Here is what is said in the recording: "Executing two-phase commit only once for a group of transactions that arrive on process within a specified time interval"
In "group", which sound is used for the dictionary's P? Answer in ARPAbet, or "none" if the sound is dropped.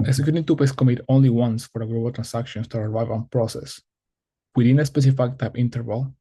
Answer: B